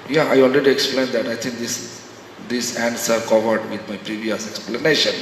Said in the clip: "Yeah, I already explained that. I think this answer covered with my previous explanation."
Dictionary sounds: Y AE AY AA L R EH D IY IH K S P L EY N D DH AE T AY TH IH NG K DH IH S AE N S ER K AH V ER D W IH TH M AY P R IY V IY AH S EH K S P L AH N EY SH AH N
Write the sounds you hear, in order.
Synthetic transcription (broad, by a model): Y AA AY AA L R EH D IY IH K S P L EY N D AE T AY T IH NG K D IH S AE N S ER K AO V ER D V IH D M AY P R IY V IY AH S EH K S P L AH N EY SH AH N